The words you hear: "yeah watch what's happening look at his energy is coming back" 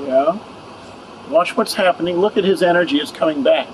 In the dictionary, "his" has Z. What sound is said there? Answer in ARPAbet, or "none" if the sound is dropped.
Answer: Z